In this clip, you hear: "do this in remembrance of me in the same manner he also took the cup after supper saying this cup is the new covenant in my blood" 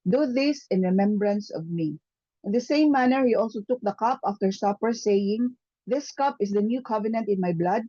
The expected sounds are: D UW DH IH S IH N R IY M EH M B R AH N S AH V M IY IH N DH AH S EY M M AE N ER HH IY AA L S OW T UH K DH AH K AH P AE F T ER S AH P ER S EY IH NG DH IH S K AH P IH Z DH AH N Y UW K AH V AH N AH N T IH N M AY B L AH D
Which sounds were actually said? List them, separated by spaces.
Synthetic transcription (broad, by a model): D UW DH IH S IH N R IY M EH M B R AH N S AH V M IY IH N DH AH S EY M M AE N ER HH IY AA L S OW T UH K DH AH K AH P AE F T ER S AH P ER S EY IH NG DH IH S K AH P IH S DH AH N Y UW K AH V AH N AH N T IH N M AY B L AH D